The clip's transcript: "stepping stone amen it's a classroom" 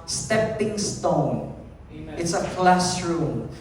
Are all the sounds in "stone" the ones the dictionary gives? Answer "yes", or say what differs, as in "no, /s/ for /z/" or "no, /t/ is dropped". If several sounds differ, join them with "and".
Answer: no, /n/ is dropped